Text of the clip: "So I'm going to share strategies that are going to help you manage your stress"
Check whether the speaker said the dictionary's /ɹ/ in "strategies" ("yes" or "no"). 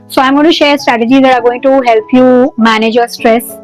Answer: yes